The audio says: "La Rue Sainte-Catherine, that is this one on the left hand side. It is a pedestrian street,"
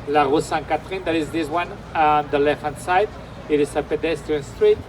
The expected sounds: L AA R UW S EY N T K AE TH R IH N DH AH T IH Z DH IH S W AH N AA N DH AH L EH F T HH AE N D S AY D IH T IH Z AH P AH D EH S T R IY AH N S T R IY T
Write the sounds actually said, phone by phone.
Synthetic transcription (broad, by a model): L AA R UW S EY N K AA T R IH N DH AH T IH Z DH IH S W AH N AA N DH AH L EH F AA N S AY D IH T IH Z AH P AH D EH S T IY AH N S T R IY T